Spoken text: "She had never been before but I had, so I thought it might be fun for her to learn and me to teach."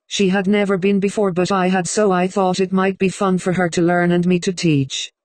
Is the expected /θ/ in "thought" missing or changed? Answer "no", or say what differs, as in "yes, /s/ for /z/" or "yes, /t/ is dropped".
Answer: no